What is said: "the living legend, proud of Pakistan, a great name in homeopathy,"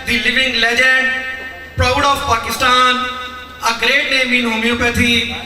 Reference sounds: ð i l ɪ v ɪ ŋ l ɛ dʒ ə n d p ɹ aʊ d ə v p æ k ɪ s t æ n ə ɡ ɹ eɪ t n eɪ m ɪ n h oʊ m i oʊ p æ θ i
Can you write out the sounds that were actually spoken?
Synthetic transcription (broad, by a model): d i l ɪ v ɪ ŋ l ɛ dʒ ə d p ɹ aʊ d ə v p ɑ k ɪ s t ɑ n ə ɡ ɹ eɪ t n eɪ m ɪ n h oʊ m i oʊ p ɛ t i